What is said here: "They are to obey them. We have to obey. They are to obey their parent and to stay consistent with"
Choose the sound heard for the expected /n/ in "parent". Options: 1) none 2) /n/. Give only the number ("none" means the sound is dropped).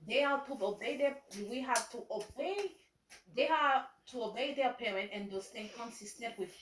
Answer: 2